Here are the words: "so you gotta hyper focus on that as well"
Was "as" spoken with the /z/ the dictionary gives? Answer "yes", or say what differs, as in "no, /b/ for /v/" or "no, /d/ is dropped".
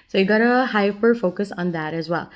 yes